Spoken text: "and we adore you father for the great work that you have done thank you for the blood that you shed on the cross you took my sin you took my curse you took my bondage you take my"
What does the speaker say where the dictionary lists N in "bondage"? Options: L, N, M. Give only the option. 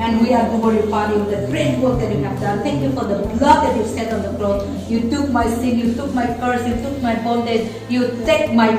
L